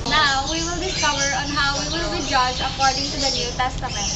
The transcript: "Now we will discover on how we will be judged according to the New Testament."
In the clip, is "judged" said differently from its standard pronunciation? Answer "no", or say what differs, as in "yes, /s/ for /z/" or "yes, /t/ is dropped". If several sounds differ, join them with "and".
yes, /d/ is dropped